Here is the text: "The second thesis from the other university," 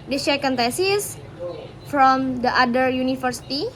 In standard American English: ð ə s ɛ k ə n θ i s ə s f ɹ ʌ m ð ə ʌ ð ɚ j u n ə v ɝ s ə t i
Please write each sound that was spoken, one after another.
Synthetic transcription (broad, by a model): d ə ʃ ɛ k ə n t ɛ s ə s f ɹ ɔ m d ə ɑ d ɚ j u n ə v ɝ s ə t i